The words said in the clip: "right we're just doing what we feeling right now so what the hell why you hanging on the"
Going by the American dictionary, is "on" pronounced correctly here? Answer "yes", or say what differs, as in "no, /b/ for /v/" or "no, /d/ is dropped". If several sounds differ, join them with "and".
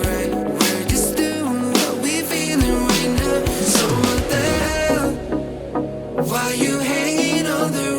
no, /l/ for /n/